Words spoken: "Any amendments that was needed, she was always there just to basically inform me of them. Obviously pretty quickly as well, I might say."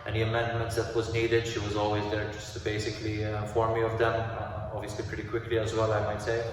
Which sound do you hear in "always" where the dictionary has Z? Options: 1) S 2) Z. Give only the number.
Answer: 2